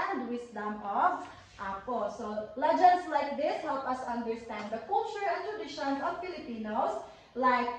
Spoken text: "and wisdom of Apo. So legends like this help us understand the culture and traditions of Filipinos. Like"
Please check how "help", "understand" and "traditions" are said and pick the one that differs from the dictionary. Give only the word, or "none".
traditions